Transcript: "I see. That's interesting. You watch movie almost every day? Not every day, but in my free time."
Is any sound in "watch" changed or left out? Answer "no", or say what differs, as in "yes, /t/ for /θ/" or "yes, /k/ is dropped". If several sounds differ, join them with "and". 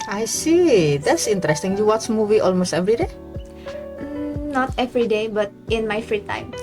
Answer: yes, /s/ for /tʃ/